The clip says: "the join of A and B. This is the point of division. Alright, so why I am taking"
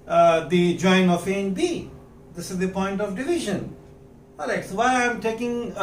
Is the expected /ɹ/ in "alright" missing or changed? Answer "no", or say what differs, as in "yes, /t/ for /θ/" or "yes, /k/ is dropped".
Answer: yes, /ɹ/ is dropped